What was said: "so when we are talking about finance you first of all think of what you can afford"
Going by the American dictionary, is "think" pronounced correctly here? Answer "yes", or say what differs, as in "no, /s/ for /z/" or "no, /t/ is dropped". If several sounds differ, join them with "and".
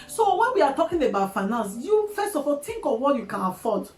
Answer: no, /t/ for /θ/